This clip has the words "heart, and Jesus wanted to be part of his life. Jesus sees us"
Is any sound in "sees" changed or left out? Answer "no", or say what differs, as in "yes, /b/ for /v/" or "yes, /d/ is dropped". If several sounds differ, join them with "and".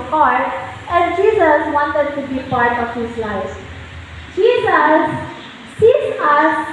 yes, /s/ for /z/